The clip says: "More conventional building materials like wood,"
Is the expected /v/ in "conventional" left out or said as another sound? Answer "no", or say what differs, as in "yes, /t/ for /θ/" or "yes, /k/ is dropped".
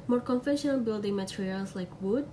yes, /f/ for /v/